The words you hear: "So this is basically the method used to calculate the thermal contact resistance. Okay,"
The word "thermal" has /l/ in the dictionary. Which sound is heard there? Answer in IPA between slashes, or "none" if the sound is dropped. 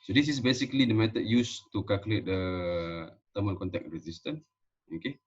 /n/